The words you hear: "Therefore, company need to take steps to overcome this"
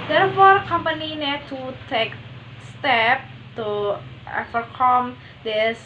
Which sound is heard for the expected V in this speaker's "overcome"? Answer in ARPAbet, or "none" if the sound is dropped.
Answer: F